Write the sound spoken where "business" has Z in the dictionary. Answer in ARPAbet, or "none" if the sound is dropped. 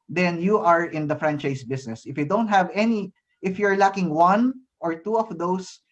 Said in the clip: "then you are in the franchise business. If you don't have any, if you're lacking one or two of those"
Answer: S